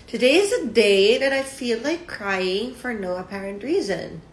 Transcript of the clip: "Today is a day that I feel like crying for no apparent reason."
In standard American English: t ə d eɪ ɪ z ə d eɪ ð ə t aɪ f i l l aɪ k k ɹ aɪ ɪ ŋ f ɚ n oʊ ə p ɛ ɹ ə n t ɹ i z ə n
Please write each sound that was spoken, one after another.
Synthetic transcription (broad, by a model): t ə d eɪ ɪ z ə d eɪ ð ə t aɪ f i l l aɪ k k ɹ aɪ ɪ ŋ f ɚ n oʊ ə p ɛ ɹ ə n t ɹ i z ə n